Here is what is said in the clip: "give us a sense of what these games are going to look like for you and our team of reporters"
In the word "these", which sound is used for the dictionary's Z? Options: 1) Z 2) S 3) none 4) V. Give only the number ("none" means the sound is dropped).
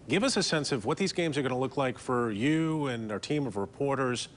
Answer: 1